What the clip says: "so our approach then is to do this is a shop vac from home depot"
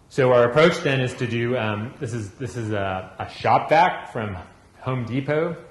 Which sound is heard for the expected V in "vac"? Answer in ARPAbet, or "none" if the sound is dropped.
B